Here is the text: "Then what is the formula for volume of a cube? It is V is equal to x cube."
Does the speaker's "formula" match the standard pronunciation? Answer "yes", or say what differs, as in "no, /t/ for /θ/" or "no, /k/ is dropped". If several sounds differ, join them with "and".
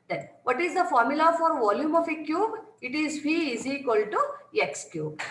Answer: yes